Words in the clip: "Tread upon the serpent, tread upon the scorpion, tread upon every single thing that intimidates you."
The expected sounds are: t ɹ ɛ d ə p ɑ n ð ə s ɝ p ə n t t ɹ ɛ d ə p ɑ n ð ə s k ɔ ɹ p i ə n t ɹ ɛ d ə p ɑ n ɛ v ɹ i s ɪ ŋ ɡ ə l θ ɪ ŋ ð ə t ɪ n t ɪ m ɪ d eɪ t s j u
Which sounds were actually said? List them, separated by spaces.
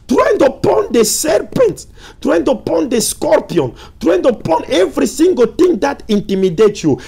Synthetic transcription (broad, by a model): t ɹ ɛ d ə p ɑ n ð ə s ɝ p ə n t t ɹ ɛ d ə p ɑ n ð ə s k ɔ ɹ p i ə n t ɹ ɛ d ə p ɑ n ɛ v ɹ i s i ŋ ɡ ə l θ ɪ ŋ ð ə t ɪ n t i m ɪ d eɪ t j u